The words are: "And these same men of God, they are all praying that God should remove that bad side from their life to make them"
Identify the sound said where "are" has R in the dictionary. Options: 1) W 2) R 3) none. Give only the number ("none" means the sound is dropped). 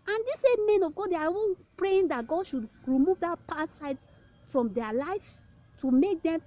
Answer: 1